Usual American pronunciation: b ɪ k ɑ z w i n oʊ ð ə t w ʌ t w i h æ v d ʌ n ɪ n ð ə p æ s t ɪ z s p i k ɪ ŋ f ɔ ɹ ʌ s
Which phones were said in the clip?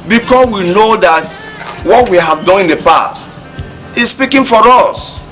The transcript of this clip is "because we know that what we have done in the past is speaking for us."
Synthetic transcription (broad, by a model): b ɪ k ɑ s w i n oʊ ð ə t w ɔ t w i h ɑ v d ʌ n ɪ n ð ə p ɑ s t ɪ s s p i k ɪ ŋ f ɔ ɹ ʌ s